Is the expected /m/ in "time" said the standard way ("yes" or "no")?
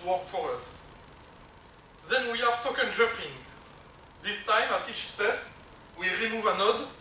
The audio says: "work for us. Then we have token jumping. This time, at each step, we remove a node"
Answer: yes